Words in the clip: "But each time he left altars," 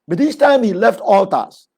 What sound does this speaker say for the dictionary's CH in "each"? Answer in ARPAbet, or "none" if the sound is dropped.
S